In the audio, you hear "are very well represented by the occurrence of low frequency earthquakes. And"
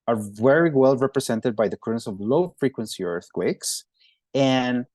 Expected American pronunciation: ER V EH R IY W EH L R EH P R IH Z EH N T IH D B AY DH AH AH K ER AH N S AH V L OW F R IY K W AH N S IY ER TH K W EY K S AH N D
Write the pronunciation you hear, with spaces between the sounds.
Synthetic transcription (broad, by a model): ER V EH R IY W EH L R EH P R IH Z EH N T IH D B AY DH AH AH K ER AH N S AH V L OW F R IY K W AH N S IY ER TH K W EY K S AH N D